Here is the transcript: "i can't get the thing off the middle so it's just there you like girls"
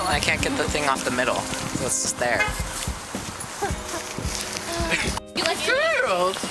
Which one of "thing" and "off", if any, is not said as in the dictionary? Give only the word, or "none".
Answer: none